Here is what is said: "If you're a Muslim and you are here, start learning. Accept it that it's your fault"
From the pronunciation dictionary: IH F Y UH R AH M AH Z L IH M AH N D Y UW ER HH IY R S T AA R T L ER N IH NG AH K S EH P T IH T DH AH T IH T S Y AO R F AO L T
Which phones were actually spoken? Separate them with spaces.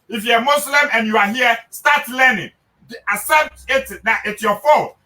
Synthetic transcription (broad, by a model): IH F Y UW AH M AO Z L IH M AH N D Y UW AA HH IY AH S T AA T L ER N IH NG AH S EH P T IH T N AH T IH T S Y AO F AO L